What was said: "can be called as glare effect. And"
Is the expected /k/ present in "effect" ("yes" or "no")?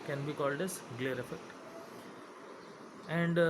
yes